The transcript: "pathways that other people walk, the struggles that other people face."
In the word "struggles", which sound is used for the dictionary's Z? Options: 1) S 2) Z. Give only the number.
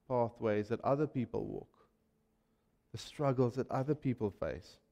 2